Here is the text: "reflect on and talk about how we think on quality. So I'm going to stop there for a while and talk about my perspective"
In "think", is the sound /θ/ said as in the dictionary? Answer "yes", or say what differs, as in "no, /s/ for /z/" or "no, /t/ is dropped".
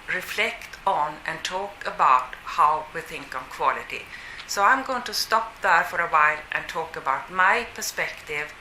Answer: yes